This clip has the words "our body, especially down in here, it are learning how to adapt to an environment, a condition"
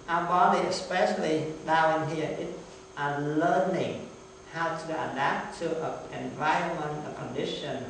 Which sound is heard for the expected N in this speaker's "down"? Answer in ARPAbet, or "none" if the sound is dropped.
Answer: none